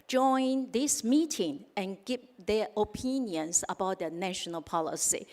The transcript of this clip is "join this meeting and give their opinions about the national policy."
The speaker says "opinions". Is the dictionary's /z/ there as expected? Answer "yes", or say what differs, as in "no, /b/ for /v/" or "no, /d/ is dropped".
no, /s/ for /z/